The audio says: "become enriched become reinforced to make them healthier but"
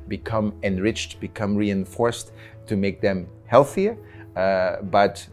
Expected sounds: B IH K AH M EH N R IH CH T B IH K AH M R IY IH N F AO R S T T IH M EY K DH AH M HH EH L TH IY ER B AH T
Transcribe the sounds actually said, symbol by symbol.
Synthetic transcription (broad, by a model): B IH K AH M EH N R IH CH T B IH K AH M R IY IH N F AO R S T T IH M EY K DH AH M HH EH L TH IY ER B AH T